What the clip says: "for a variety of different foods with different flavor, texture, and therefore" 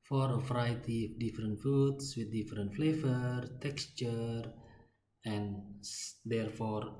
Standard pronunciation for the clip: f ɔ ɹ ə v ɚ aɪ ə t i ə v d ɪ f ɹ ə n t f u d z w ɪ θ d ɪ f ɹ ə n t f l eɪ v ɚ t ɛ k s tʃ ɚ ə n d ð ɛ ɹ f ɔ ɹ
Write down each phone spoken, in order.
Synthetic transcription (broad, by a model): f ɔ ɹ ə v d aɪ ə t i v d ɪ f ɹ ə n t f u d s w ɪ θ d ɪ f ɹ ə n t f l eɪ v ɚ t ɛ k s tʃ ɚ ə n d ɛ ɹ f ɔ ɹ